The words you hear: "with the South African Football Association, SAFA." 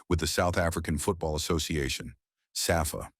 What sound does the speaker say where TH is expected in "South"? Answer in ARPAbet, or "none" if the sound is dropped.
TH